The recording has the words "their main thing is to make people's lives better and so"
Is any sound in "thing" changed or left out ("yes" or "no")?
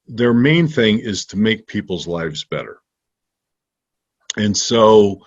no